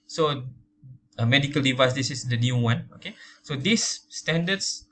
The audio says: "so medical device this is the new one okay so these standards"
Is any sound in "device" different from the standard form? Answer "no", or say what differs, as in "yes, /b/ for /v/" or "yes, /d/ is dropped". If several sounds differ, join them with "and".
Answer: no